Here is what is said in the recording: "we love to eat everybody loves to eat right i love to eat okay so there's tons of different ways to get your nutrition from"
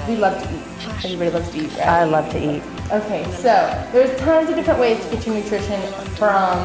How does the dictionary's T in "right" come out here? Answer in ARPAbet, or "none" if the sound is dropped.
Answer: none